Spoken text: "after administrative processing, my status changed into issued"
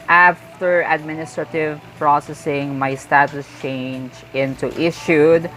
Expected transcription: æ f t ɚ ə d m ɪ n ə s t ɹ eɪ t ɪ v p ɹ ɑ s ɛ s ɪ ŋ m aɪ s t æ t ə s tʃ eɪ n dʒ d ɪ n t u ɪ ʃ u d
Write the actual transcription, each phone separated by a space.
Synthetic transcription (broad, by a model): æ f t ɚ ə d m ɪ n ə s t ɹ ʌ t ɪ v p ɹ ɑ s ɛ s ɪ ŋ m aɪ s t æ t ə s tʃ eɪ n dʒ ɪ n t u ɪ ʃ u d